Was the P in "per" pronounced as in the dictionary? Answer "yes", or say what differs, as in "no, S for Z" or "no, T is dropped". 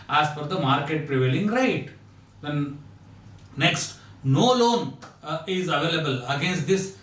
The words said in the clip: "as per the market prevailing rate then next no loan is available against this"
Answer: no, F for P